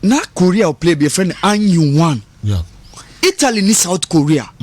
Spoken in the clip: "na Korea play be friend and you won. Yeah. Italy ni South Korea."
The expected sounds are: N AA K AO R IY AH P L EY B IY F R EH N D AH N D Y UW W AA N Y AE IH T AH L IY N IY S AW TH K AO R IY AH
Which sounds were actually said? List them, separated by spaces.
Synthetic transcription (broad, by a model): N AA K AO R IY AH P L EY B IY F R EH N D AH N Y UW W AA N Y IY T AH L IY N IY S AW T K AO R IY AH